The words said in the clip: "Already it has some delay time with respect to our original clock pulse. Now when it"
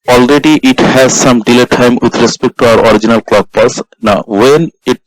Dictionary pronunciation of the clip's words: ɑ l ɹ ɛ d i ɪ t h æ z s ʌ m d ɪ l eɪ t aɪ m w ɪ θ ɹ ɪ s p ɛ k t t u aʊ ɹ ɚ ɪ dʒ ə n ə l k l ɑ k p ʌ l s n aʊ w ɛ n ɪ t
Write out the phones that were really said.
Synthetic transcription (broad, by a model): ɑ l ɹ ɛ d i ɪ t h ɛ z s ʌ m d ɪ l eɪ t aɪ m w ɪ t ɹ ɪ s p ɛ k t t u aʊ ɹ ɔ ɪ dʒ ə n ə l k l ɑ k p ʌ s n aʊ w ɛ n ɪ t